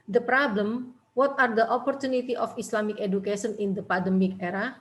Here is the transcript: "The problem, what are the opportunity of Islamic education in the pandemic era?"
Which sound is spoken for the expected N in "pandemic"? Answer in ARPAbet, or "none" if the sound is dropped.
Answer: none